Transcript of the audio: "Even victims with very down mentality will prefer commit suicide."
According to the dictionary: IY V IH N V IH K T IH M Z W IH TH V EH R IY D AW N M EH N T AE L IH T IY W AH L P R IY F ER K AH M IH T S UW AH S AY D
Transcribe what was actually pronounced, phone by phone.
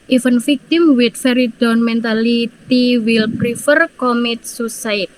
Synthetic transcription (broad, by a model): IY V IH N F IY K T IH M W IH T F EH R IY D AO N M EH N T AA L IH T IY W AH L P R IY F ER K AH M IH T S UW S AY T